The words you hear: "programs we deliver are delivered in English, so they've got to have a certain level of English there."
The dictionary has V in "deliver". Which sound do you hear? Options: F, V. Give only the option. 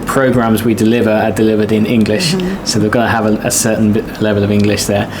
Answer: V